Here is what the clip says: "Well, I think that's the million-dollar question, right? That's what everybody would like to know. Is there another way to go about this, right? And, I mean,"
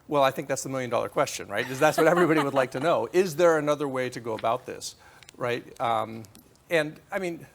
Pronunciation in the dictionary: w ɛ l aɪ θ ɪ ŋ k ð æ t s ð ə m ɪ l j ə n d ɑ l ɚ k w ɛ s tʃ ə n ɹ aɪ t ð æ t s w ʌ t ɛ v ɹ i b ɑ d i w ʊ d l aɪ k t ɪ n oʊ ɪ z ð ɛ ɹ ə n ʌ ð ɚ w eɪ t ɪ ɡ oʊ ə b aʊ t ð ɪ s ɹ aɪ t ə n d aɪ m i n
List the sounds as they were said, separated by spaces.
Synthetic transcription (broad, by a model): w ɛ l aɪ θ ɪ ŋ k ð æ t s ð ə m ɪ l j ə n d ɑ l ɚ k w ɛ s tʃ ə n ɹ aɪ t ð æ t s w ʌ t ɛ v ɹ i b ɑ d i w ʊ d l aɪ k t ɪ n oʊ ɪ z ð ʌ ɹ ə n ʌ ð ɚ w eɪ t ɪ ɡ oʊ ə b aʊ t ð ɪ s ɹ aɪ t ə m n aɪ m i n